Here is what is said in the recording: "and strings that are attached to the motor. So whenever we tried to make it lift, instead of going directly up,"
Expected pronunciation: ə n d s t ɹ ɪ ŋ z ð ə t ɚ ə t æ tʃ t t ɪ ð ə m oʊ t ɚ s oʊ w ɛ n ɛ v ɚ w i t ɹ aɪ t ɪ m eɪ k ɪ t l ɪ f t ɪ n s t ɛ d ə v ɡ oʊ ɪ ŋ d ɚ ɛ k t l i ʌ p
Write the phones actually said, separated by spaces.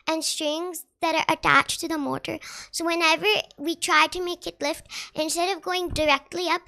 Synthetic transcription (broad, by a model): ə n s t ɹ ɪ ŋ z ð ə t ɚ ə t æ tʃ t t ɪ ð ə m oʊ t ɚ s oʊ w ɛ n ɛ v ɚ w i t ɹ aɪ t ɪ m eɪ k ɪ t l ɪ f t ɪ n s t ɛ d ə v ɡ oʊ ɪ ŋ d ɚ ɛ k t l i ʌ p